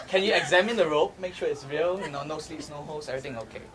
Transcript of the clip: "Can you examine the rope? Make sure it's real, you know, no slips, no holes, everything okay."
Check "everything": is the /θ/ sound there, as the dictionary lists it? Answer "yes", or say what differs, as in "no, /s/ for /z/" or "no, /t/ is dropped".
no, /t/ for /θ/